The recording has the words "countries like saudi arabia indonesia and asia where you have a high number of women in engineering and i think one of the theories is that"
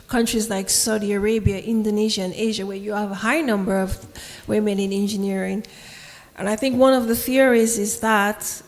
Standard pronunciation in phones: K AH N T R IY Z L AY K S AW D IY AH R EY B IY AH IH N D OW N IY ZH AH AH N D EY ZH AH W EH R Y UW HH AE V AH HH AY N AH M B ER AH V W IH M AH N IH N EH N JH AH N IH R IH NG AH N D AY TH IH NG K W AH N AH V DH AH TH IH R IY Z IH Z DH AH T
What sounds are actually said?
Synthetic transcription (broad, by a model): K AH N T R IY Z L AY K S AW D IY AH R EY B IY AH IH N D OW N IY ZH AH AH N EY ZH AH W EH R Y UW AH V AH HH AY N AH M B ER AH V W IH M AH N IH N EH N JH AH N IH R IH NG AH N AY TH IH NG K W AH N AH V DH AH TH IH R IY Z IH Z DH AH T